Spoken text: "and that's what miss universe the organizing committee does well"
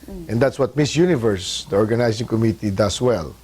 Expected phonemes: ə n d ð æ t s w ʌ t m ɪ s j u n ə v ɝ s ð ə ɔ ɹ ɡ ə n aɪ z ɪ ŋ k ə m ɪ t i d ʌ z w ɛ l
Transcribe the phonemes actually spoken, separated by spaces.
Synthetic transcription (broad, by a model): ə n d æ t s w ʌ t m ɪ s j u n ə v ɝ s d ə ɔ ɹ ɡ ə n aɪ s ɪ ŋ k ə m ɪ t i d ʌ s w ɛ l